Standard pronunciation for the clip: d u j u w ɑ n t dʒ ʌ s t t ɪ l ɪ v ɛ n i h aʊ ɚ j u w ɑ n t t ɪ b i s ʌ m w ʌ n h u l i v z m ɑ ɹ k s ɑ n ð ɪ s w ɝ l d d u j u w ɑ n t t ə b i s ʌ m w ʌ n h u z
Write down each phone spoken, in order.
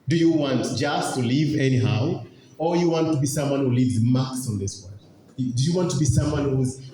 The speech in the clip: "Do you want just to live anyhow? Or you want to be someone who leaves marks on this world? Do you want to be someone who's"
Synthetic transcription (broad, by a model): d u j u w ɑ n t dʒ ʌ s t t ɪ l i v ɛ n i h aʊ ɚ j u w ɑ n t t ɪ b i s ʌ m w ʌ n h u l i v z m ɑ k s n ð ɪ s w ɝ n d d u j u w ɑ n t t ə b i s ʌ m w ʌ n h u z